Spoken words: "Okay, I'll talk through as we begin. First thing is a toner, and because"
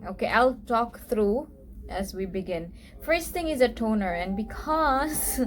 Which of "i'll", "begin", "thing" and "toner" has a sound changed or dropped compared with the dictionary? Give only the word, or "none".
thing